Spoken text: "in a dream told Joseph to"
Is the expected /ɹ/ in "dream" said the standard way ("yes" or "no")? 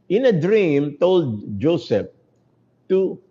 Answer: yes